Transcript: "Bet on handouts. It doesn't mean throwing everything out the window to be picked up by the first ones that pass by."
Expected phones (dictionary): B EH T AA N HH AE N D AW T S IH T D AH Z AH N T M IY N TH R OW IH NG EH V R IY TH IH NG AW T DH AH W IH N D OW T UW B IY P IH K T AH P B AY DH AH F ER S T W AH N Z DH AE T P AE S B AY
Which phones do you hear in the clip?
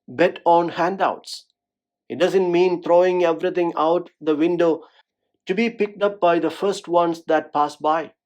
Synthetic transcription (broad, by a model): B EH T AA N HH AE N D AW T S IH T D AH Z AH N T M IY N T R OW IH NG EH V R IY T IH NG AW T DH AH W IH N D OW T UW B IY P IH K T AH P B AY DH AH F ER S T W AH N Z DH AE T P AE S B AY